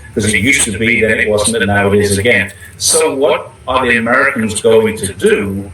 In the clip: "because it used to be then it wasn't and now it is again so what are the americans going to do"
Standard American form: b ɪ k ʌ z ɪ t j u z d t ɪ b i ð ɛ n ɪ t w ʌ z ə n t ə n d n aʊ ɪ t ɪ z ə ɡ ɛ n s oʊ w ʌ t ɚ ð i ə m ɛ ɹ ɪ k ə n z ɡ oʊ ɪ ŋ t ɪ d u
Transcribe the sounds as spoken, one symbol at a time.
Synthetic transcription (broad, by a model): k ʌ z ɪ t j u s t ɪ b i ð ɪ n ɪ t w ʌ z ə n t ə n n aʊ ɪ t ɪ z ə ɡ ɛ n s oʊ w ʌ t ɚ ð i ə m ɛ ɹ ɪ k ə n z ɡ oʊ ɪ ŋ t ɪ d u